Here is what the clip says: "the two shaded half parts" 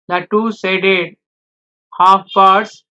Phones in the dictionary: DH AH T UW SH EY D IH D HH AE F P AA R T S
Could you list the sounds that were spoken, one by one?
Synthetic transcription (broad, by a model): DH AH T UW S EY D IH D HH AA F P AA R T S